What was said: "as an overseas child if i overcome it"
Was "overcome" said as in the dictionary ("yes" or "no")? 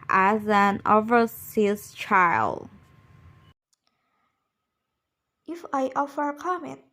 no